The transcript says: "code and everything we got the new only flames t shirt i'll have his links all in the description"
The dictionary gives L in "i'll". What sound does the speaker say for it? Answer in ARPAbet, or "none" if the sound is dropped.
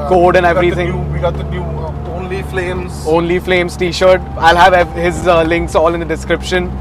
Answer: L